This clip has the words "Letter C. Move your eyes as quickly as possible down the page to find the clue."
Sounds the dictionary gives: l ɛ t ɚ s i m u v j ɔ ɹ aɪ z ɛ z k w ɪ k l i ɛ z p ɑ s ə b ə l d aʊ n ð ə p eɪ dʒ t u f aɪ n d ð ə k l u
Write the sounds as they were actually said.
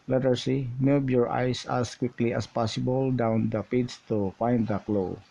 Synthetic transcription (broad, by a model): l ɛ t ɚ s i m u b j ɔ ɹ aɪ s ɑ s k w ɪ k l i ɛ s p ɑ s ə b ə l d aʊ n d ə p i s t u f aɪ n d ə k l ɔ